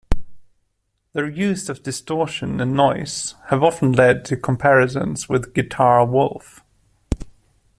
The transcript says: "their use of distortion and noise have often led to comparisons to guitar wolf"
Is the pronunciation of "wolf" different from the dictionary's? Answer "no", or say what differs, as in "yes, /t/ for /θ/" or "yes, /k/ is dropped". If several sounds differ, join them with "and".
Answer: no